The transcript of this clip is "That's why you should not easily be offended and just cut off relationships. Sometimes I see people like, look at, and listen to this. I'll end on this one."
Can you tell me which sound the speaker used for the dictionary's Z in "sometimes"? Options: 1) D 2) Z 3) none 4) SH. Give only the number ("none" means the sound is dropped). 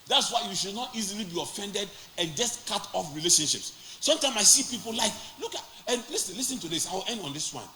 3